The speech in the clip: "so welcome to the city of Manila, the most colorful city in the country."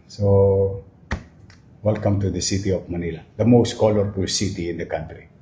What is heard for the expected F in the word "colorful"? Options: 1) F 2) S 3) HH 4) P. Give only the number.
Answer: 4